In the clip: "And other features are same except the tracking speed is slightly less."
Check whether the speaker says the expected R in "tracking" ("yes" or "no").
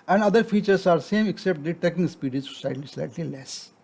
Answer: no